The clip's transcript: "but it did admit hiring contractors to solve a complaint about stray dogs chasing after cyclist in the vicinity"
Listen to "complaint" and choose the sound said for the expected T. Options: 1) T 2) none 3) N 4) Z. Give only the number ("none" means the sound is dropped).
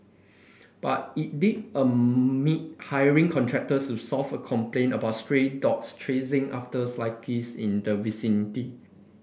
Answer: 2